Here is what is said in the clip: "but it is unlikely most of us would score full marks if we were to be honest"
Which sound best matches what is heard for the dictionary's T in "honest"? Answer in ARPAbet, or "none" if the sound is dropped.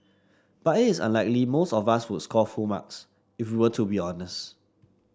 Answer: T